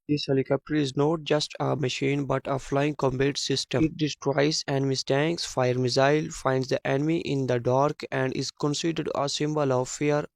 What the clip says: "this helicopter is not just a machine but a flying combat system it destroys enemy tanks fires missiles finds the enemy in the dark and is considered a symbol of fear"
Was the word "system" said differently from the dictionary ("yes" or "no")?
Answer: yes